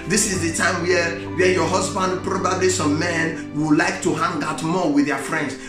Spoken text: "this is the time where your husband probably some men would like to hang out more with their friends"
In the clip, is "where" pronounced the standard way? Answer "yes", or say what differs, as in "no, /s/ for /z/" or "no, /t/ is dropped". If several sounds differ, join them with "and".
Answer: no, /w/ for /ɹ/